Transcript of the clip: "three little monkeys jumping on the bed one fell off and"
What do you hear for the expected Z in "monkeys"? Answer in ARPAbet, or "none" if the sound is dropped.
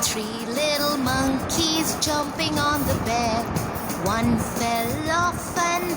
Z